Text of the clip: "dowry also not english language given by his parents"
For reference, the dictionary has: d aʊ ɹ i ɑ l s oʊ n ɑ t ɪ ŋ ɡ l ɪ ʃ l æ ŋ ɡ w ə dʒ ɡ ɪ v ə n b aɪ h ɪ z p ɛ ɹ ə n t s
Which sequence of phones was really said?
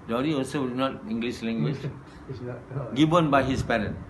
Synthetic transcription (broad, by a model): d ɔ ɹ i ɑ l s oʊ n ɑ t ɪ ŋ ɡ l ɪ s l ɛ ŋ ɡ w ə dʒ ɡ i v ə n b aɪ h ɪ s p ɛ ɹ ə n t